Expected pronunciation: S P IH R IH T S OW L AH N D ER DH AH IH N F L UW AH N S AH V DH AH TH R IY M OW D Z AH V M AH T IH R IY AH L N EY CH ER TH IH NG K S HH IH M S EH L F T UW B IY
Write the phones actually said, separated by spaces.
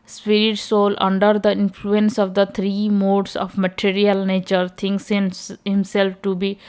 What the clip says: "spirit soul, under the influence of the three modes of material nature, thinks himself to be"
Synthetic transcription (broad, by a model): S P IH R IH T S OW L AH N D ER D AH IH N F L UW AH N S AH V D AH T R IY M OW D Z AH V M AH T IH R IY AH L N EY CH ER T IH NG K S HH IH M S EH L F T UW B IY